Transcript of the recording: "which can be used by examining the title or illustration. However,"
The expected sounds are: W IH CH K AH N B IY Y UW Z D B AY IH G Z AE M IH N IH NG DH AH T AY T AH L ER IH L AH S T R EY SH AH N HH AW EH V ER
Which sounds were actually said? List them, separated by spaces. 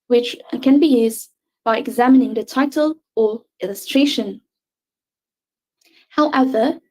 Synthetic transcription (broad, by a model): W IH CH K AH N B IY Y UW Z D B AY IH G Z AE M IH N IH NG DH AH T AY T AH L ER IH L AH S T R EY SH AH N HH AW EH V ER